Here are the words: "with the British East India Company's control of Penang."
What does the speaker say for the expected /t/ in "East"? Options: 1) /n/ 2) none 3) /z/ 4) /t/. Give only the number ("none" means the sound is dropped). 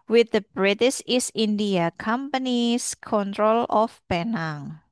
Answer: 2